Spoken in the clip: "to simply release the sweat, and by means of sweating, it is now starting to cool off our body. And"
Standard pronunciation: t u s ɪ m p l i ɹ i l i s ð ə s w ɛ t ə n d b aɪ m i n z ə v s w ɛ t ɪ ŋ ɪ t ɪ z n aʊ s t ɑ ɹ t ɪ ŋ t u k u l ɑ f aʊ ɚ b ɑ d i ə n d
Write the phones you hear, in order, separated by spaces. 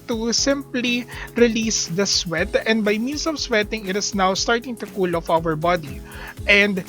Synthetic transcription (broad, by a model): t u s ɪ m p l i ɹ i l i s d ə s w ɛ t ə n d b aɪ m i n s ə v s w ɛ t ɪ ŋ ɪ t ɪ s n aʊ s t ɑ ɹ t ɪ ŋ t u k u l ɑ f aʊ ɚ b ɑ d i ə n d